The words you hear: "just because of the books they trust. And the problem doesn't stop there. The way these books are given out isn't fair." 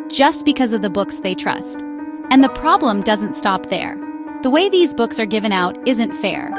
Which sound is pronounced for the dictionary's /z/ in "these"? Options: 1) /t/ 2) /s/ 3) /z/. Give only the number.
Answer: 3